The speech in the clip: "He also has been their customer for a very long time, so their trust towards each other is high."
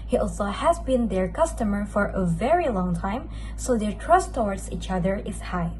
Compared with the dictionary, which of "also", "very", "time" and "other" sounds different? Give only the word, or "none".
none